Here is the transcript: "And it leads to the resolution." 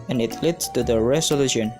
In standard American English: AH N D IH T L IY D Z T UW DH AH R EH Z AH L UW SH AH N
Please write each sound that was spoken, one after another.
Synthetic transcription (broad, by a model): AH N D IH T L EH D T UW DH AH R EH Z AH L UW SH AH N